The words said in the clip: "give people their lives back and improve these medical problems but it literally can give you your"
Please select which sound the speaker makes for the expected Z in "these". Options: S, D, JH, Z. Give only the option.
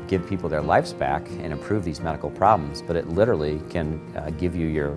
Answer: Z